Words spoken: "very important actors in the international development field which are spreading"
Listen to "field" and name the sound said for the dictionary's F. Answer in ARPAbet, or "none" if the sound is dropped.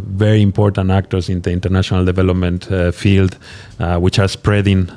F